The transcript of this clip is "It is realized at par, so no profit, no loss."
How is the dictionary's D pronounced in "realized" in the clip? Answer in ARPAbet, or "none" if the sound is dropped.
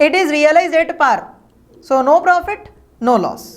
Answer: none